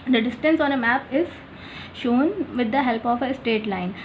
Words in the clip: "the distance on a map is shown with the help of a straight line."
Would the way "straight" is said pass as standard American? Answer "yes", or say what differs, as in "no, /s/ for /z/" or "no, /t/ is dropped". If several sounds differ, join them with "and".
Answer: no, /ɹ/ is dropped